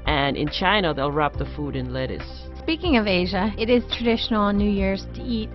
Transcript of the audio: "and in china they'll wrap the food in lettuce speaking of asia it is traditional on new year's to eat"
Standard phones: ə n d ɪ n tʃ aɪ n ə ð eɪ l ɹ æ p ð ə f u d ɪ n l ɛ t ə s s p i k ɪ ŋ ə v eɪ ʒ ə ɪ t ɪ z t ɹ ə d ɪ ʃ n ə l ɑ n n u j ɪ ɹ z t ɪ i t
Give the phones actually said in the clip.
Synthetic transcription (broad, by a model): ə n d ɪ n tʃ aɪ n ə ð eɪ l ɹ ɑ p ð ə f u d ɪ n l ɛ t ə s s p i k ɪ ŋ ə v eɪ ʒ ə ɪ t ɪ z t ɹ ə d ɪ ʃ n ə l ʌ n n u j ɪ ɹ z t ɪ i t